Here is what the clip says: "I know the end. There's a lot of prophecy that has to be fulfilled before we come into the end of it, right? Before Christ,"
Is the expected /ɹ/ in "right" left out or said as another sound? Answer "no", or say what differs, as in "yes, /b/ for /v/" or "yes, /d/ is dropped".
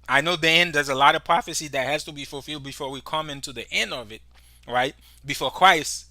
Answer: no